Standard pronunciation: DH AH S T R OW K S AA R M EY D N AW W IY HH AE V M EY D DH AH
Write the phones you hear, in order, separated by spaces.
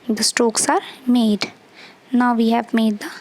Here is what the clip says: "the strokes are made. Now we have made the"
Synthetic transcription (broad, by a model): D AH S T OW K S AA R M EY D N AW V IY HH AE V M EY D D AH